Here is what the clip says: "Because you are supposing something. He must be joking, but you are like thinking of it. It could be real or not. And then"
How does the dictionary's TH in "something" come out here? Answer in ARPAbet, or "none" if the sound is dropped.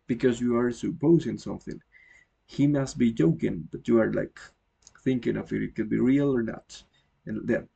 TH